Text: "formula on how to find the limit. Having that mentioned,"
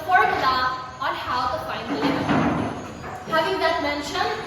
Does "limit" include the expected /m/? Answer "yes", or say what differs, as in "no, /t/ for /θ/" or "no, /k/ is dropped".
no, /m/ is dropped